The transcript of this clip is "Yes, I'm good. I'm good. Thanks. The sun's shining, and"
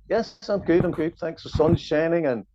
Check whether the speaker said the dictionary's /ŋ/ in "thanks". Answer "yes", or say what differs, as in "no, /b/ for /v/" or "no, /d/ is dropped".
yes